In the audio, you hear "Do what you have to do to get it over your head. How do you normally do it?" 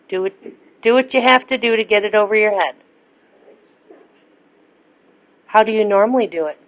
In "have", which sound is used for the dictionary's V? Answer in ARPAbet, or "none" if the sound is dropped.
F